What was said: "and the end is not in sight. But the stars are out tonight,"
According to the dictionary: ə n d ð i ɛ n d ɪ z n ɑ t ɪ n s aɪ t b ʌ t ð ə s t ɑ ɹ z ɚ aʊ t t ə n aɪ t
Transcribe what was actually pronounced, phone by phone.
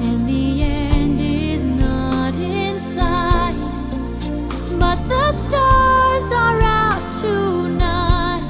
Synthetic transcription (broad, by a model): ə n ð i ɛ n d ɪ z n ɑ t ɪ n s aɪ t b ʌ t ð ə s t ɑ ɹ z ɚ aʊ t t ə n aɪ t